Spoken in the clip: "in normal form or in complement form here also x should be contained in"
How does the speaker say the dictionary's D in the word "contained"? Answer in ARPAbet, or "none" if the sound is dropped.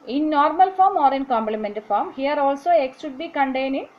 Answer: none